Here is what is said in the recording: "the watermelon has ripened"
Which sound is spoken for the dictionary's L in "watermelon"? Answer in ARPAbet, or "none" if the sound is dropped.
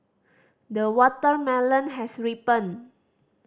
L